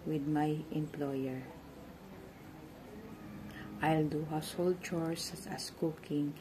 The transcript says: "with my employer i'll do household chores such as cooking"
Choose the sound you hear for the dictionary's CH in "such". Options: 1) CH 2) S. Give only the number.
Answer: 2